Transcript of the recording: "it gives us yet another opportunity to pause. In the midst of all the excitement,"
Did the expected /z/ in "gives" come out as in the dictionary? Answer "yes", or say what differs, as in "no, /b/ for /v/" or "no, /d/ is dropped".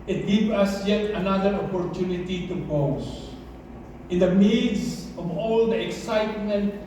no, /z/ is dropped